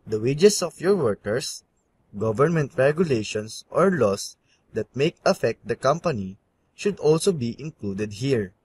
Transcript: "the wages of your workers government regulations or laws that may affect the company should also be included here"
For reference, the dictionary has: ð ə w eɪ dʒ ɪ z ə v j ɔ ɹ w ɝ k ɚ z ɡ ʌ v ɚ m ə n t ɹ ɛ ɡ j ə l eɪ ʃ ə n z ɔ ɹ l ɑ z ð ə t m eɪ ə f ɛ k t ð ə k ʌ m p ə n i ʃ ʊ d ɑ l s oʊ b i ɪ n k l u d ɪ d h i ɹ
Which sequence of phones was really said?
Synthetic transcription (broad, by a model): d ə w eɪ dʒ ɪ s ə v j ɔ ɹ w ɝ k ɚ s ɡ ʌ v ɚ m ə n t ɹ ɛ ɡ j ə l eɪ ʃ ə n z ɔ ɹ l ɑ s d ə t m eɪ ə f ɛ k t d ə k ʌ m p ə n i ʃ ʊ d ɑ l s oʊ b i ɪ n k l u d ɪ d h i ɹ